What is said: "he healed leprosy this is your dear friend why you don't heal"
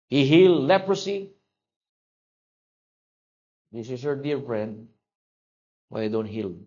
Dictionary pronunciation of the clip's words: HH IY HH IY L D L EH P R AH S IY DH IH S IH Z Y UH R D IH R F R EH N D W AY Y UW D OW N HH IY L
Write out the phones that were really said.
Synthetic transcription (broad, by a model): HH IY HH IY L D L EH P R AH S IY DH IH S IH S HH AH R D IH R F R EH N D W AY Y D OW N HH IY L